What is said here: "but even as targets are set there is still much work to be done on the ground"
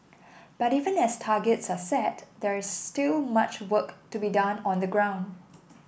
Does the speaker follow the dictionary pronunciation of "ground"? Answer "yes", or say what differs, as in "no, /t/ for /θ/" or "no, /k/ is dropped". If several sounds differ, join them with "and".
yes